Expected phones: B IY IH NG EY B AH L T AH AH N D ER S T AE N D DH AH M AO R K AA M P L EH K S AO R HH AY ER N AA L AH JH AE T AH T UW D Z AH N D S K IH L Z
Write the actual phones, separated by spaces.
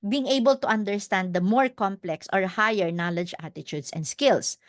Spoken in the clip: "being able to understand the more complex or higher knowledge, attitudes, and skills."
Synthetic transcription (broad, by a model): B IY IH NG EY B AH L T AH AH N D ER S T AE N D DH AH M AO R K AA M P L EH K S AO R HH AY ER N AA L AH JH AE T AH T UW D S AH N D S K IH L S